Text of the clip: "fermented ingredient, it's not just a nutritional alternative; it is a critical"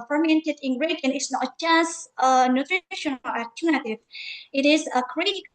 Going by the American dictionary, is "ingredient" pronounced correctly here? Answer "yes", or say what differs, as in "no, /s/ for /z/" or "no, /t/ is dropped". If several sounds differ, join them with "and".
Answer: no, /t/ is dropped